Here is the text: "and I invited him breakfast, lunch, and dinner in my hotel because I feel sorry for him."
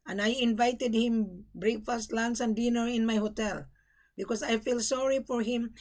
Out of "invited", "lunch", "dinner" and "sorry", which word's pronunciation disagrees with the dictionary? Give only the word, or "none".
lunch